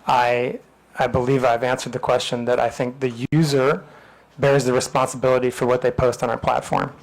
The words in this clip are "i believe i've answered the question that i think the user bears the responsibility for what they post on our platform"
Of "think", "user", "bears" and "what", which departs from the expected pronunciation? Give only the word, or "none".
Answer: none